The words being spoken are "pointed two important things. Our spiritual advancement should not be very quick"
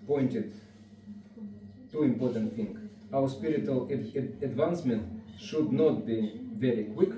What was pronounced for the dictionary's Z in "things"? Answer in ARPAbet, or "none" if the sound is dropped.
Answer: none